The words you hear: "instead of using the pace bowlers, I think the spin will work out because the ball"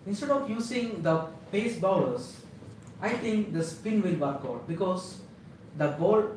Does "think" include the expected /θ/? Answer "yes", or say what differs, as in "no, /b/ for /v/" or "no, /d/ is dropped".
no, /t/ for /θ/